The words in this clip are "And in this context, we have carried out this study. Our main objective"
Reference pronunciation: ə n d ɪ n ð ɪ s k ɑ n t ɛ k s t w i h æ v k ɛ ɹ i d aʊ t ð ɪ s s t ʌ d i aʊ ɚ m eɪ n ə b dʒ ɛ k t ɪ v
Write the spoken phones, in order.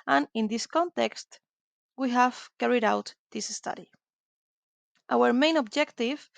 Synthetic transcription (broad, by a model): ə n ɪ n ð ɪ s k ɑ n t ɛ k s t w i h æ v k ɛ ɹ i d aʊ t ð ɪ s s t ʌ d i aʊ ɚ m eɪ n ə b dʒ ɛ k t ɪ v